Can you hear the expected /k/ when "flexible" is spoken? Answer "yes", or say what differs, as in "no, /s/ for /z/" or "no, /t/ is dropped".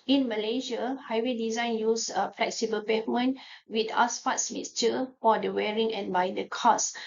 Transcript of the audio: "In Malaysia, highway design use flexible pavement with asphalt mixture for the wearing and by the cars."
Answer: yes